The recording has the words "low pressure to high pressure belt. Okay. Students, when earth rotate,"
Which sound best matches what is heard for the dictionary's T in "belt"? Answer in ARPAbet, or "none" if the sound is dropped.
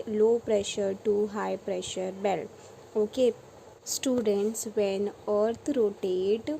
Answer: none